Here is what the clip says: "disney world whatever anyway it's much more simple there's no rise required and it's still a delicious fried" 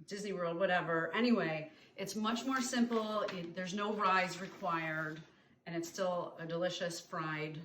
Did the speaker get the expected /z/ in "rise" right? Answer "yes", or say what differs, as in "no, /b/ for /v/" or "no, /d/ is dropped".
yes